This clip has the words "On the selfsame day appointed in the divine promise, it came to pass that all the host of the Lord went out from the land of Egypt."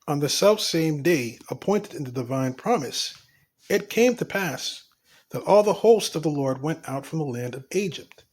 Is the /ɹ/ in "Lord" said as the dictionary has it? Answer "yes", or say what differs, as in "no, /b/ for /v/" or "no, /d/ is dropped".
yes